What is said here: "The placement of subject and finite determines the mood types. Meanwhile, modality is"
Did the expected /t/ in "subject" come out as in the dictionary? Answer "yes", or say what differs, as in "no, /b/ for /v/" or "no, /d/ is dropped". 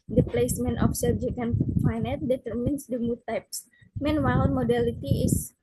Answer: no, /t/ is dropped